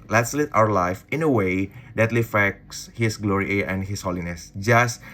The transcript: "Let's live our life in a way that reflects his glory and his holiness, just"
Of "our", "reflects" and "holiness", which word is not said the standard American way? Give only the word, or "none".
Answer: reflects